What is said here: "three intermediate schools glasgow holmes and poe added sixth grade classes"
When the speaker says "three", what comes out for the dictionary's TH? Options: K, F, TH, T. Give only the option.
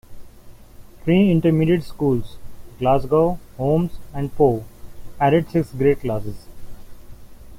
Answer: T